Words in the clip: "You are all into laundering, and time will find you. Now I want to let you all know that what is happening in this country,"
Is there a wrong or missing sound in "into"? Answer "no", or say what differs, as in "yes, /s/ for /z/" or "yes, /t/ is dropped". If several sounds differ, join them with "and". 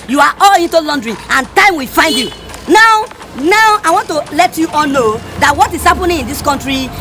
no